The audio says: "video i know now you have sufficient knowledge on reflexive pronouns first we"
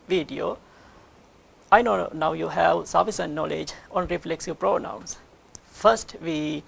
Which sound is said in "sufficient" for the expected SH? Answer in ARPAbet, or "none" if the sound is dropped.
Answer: S